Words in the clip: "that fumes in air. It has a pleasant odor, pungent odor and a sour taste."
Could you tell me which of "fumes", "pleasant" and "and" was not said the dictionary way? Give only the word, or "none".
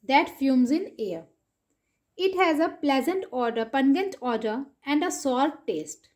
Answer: none